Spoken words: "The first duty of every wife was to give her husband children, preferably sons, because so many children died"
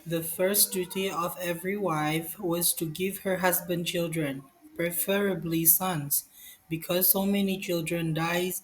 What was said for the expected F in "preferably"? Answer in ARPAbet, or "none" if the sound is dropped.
F